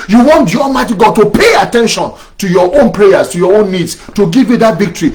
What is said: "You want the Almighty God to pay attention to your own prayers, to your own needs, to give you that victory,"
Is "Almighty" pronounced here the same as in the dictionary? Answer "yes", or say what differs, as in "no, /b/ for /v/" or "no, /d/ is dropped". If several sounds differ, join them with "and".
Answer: no, /n/ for /l/